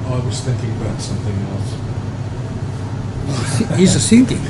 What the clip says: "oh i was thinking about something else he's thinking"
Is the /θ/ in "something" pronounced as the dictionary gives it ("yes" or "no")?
yes